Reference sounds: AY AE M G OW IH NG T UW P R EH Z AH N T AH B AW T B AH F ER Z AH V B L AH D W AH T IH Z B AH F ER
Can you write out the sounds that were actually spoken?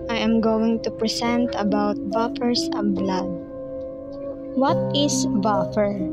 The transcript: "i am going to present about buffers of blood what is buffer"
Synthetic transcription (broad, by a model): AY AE M G OW IH NG T UW P R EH S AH N T AH B AW T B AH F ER S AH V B L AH D W AH T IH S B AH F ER